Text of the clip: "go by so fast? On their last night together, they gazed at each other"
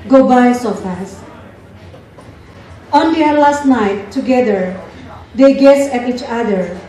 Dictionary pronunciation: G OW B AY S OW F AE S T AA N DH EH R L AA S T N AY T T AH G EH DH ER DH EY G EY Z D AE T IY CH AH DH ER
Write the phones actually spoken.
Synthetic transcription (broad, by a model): G OW B AY S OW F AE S AA N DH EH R L AA S T N AY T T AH G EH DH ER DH EY G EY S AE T IY CH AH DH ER